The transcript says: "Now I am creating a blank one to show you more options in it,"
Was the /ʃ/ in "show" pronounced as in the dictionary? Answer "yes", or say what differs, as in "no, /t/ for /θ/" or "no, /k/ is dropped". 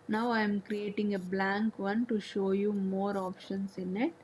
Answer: yes